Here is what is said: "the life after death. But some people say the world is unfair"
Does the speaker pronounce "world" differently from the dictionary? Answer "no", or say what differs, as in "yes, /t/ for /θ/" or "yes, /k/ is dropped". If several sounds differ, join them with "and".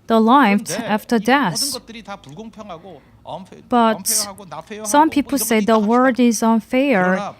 yes, /l/ is dropped